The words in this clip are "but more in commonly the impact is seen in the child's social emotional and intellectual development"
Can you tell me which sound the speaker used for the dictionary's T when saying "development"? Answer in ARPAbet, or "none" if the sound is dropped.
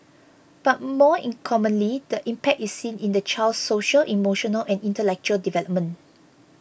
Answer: none